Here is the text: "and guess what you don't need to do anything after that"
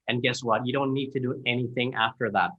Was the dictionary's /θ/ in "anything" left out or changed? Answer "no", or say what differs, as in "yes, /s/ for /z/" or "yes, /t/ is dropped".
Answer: no